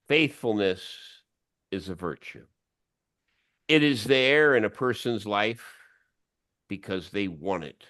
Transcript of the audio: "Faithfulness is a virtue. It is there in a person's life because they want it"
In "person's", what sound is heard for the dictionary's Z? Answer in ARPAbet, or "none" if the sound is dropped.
Z